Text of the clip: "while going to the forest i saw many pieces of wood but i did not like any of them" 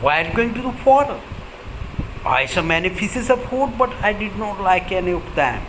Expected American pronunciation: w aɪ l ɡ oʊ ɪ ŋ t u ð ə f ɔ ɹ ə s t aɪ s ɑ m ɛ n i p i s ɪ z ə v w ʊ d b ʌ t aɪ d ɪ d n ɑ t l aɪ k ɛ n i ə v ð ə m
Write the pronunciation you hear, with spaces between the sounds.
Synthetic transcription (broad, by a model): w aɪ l ɡ oʊ ɪ ŋ t u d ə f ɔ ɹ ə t aɪ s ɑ m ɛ n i f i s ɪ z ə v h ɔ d b ʌ t aɪ d ɪ d n ɑ t l aɪ k ɛ n i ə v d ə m